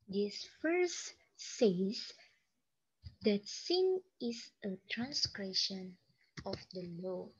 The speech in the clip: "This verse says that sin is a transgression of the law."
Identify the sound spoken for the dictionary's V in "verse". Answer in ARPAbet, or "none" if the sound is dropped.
F